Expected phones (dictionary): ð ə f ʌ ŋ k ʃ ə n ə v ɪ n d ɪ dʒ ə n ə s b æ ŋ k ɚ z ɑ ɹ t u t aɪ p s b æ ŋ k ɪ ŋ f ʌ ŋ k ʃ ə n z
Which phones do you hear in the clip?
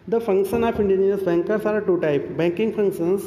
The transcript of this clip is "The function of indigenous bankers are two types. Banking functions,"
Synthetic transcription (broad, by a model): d ə f ʌ ŋ k ʃ ə n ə f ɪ n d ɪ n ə ə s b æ ŋ k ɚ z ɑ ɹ t u t aɪ p b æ ŋ k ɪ ŋ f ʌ ŋ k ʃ ə n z